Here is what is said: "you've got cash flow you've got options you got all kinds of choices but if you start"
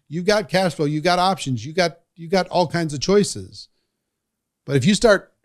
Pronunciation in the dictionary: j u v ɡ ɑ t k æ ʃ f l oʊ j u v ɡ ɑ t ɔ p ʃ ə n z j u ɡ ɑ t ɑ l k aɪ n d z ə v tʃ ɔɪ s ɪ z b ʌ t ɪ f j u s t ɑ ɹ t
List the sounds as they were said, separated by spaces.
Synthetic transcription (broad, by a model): j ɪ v ɡ ɑ t k æ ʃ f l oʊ j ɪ ɡ ɑ t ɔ p ʃ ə n z j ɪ ɡ ɑ t ɑ l k aɪ n d z ə v tʃ ɔɪ s ɪ z b ʌ t ɪ f j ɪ s t ɑ ɹ t